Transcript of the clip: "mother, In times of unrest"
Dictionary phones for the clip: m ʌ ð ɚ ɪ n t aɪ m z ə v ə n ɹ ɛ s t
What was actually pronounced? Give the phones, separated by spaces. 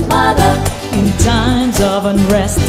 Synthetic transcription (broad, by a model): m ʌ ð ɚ ɪ n t aɪ m z ə v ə n ɹ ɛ s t